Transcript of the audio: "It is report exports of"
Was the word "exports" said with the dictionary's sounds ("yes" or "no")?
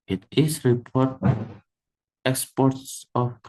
yes